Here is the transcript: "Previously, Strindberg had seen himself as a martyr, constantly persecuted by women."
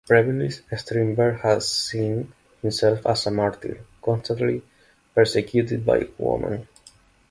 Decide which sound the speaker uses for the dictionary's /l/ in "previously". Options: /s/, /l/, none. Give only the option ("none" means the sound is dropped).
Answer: none